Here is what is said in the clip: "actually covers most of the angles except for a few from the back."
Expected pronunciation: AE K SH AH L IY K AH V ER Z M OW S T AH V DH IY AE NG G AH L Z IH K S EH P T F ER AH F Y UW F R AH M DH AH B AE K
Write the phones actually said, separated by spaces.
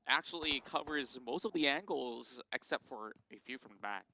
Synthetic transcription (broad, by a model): AE K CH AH L IY K AH V ER Z M OW S T AH V DH IY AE NG G L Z IH K S EH P T F ER AH F Y UW F R AH M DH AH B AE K